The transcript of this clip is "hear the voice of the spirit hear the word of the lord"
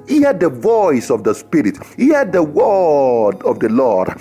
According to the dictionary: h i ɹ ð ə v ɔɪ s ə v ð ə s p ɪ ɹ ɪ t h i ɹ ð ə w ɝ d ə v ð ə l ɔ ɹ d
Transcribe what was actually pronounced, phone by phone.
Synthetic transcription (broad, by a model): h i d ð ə v ɔɪ s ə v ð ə s p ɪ ɹ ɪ t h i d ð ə w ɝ d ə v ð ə l ɔ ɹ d